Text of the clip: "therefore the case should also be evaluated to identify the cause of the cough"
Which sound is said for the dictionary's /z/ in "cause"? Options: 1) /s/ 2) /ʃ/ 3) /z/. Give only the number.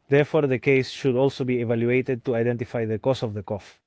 1